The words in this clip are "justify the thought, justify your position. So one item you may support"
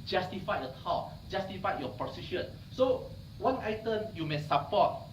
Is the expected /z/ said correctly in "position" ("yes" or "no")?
no